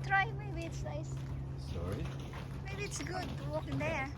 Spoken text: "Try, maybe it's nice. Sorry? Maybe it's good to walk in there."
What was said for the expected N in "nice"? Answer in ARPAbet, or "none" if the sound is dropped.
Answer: L